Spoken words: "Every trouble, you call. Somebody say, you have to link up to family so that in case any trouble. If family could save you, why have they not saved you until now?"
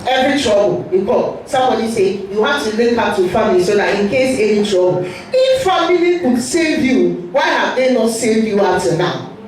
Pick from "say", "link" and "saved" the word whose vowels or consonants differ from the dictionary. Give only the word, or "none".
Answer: link